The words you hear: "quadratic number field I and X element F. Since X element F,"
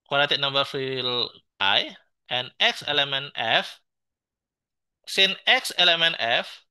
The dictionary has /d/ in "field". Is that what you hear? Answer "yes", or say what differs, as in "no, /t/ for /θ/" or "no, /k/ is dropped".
no, /d/ is dropped